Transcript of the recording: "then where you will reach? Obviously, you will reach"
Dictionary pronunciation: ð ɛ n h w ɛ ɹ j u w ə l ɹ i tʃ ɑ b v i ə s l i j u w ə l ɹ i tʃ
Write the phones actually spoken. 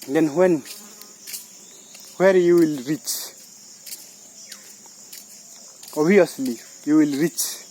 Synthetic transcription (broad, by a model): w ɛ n h w ɛ ɹ j u w ə l ɹ i tʃ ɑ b i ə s l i j u w ə l ɹ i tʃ